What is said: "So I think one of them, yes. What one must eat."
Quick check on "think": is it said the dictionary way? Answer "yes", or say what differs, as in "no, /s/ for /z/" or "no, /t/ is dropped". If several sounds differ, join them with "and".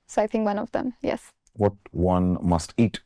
yes